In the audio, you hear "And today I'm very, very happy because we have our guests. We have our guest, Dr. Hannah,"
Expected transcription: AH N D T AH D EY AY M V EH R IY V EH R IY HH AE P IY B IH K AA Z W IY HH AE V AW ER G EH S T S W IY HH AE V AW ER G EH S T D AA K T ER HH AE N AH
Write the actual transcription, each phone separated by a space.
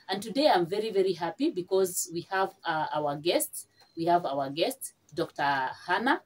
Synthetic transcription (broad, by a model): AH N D T AH D EY AY M V EH R IY V EH R IY HH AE P IY B IH K AA Z W IY HH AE V AW ER G EH S T S W IY HH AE V AW ER G EH S T D AA K T ER HH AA N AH